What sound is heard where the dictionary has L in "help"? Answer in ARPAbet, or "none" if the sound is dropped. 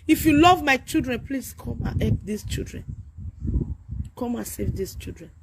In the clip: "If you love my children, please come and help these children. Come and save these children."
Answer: none